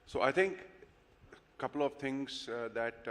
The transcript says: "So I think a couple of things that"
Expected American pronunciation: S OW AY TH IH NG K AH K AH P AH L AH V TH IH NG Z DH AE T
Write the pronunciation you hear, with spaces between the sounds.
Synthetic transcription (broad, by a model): S OW AY T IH NG K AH K AH P AH L AH V T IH NG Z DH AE T